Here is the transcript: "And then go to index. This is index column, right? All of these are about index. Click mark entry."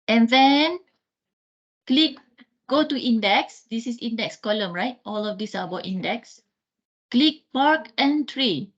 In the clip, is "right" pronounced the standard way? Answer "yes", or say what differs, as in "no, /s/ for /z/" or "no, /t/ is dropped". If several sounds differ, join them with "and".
yes